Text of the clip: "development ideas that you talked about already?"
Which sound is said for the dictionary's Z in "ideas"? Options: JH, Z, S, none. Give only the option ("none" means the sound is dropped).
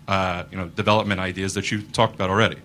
Z